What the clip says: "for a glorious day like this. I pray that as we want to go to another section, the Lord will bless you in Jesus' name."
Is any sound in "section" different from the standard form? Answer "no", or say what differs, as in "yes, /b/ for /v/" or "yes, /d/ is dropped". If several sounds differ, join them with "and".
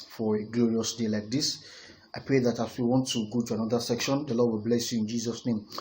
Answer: no